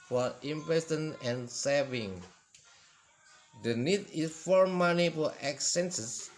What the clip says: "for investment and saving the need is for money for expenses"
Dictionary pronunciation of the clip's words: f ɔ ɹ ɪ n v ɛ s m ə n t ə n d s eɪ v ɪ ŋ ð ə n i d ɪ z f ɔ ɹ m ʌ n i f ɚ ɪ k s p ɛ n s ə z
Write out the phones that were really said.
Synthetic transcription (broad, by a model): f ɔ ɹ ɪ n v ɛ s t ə n ə n s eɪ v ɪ ŋ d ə n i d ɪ s f ɔ ɹ m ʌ n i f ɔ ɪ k s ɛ n s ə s